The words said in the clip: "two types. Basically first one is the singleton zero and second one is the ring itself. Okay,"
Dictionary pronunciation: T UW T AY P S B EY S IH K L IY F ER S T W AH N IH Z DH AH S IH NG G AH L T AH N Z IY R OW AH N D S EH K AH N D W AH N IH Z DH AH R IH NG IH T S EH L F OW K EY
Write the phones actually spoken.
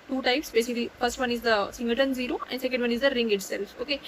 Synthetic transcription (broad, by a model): T UW T AY P S B EY S IH K L IY F ER S T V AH N IH Z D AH S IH NG G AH T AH N Z IY R OW AH N D S EH K AH N D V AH N IH Z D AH R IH NG IH T S EH L F OW K EY